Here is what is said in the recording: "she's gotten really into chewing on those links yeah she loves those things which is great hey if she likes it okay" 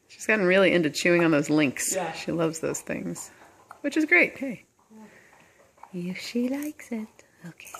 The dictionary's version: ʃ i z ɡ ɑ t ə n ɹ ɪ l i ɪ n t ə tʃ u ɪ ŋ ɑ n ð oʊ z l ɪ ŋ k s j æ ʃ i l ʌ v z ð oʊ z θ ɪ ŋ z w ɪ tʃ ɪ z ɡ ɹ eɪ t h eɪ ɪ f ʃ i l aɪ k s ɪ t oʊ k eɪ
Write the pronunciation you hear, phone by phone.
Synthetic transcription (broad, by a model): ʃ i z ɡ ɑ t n ɹ ɪ l i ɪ n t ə tʃ u ɪ ŋ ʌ n ð oʊ z l ɪ ŋ k s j ʃ i l ʌ v z ð oʊ z θ ɪ ŋ z w ɪ tʃ ɪ z ɡ ɹ eɪ t h eɪ ɪ f ʃ i l aɪ k s ɪ t oʊ k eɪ